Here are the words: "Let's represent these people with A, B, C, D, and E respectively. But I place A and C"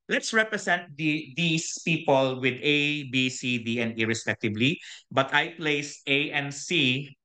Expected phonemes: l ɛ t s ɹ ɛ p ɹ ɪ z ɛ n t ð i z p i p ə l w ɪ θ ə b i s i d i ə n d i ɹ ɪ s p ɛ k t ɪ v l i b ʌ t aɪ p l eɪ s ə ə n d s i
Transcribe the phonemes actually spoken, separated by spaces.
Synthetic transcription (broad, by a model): l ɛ t s ɹ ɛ p ɹ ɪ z ɛ n t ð i s p i p ə l w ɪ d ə b i s i d i ə n d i ɹ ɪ s p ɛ k t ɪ b l i b ʌ t aɪ p l eɪ s ə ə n s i